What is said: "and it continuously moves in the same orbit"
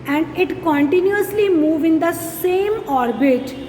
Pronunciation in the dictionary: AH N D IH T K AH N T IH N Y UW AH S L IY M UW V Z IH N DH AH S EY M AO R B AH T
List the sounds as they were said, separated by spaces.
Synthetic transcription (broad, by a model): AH N D IH T K AH N T IH N Y UW AH S L IY M UW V IH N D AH S EY M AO R B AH T